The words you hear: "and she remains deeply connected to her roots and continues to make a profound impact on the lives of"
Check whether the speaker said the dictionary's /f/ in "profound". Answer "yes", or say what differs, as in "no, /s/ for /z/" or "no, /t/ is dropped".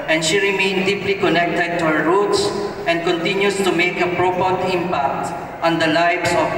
no, /p/ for /f/